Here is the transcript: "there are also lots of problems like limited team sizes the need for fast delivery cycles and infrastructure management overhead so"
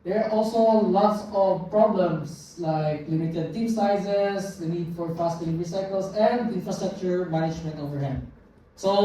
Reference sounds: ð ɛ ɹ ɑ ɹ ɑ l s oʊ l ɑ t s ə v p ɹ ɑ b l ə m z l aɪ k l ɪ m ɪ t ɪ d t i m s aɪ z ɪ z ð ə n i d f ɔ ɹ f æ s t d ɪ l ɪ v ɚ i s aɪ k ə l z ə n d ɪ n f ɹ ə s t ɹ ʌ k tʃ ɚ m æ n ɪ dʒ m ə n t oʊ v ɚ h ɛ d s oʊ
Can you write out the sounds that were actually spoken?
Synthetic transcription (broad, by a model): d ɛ ɹ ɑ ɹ ɑ l s oʊ l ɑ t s ə v p ɹ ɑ b l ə m s l aɪ k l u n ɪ t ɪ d t i m s aɪ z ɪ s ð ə n i d f ɔ ɹ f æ s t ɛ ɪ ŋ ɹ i s aɪ k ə l s ə n d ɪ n f ɹ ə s t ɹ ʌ k tʃ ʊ m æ n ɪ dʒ m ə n t oʊ v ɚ h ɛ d s oʊ